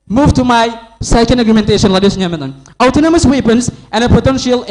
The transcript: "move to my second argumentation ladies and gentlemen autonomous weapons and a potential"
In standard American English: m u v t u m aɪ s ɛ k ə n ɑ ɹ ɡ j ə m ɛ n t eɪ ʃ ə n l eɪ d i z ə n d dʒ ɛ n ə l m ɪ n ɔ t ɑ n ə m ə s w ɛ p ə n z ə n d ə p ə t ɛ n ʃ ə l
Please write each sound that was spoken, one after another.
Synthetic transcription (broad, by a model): m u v t u m aɪ s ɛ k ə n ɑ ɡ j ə m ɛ n t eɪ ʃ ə n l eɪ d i ə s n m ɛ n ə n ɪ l t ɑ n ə m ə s w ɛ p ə n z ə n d ə p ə t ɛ n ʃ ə l